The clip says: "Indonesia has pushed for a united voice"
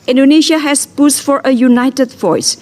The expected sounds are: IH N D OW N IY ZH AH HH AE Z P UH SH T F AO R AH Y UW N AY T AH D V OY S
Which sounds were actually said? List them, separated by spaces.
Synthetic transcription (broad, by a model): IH N D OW N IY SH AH HH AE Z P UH S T F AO R AH Y UW N AY T AH D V OY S